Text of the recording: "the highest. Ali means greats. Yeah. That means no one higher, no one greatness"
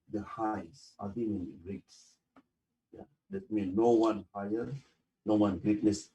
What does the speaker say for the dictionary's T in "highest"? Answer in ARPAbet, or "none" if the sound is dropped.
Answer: none